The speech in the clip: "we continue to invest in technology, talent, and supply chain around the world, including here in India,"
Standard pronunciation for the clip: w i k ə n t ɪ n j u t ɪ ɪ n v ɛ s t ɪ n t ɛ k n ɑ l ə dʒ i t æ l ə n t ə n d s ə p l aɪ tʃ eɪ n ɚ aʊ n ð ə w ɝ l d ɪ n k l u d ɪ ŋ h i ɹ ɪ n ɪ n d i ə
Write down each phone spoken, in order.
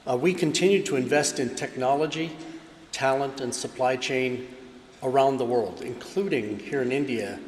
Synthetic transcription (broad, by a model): w i k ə n t ɪ n j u t ɪ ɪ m v ɛ s t ɪ n t ɛ k n ɑ l ə dʒ i t æ l ə n t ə n s ə p l aɪ tʃ eɪ n ɚ aʊ n ð ə w ɝ l d ɪ n k l u d ɪ ŋ h i ɹ ɪ n ɪ n d i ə